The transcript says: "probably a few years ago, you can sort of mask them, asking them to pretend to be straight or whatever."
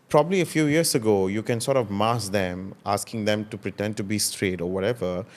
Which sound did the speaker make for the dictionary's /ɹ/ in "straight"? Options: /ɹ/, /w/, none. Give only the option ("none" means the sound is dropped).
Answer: /ɹ/